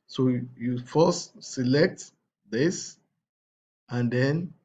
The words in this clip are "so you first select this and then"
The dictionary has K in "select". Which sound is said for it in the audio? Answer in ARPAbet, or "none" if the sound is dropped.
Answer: K